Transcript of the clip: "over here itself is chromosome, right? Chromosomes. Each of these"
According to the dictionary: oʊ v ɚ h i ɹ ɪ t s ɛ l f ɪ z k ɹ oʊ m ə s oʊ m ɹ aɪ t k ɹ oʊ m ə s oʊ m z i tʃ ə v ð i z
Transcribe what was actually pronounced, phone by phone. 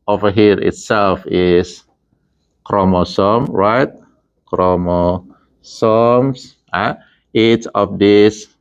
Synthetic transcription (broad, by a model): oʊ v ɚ h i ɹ ɪ t s ɛ l f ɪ s k ɹ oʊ m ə s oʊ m ɹ aɪ t k ɹ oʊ m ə s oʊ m s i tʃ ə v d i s